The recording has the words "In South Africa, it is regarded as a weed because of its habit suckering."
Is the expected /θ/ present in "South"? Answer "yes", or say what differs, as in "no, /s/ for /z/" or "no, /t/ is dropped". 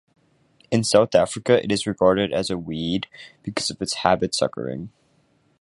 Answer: yes